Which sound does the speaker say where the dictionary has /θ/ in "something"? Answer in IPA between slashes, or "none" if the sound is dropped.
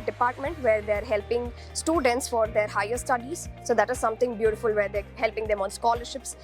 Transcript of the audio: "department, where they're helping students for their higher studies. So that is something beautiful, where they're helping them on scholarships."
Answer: /t/